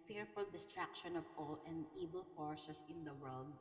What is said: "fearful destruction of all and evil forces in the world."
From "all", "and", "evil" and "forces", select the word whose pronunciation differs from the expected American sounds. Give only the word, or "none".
forces